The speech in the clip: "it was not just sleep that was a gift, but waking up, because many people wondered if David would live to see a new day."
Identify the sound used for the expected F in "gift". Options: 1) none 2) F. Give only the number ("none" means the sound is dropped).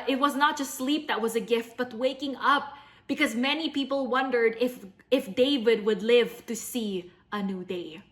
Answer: 2